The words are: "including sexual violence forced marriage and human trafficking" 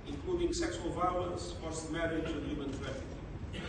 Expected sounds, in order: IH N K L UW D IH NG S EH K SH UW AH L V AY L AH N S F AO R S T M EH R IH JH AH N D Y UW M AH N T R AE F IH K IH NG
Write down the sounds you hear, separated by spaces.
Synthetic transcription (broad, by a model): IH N K L UW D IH NG S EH K S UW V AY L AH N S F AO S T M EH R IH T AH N Y UW M AH N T R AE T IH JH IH